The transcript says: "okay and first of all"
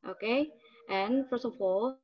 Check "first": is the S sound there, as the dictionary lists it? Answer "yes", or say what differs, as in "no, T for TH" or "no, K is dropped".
yes